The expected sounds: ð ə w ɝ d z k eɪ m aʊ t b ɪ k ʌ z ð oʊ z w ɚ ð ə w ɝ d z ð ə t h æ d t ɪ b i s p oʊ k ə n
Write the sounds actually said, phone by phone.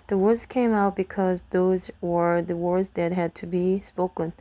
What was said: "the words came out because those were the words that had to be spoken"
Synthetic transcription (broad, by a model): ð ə w ɝ d z k eɪ m aʊ t b ɪ k ʌ z ð oʊ z w ɚ ð ə w ɝ d z ð ə t h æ d t ɪ b i s p oʊ k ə n